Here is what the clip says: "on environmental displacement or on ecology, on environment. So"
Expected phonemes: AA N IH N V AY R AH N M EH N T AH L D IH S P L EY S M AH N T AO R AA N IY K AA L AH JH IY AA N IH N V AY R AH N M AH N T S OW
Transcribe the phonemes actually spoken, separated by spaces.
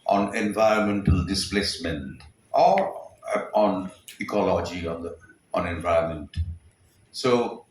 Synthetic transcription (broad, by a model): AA N IH N V AY R AH N M EH N T AH L D IH S P L EY S M AH N T AO R AA N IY K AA L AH JH IY AA N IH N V AY AH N M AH N T S OW